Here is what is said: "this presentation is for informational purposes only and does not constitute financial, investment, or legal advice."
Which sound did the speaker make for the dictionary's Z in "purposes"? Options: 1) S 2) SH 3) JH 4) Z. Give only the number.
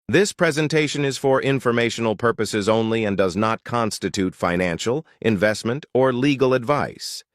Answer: 4